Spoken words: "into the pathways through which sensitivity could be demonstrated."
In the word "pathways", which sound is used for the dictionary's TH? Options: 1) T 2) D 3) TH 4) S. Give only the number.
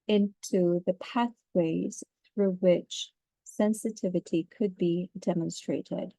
3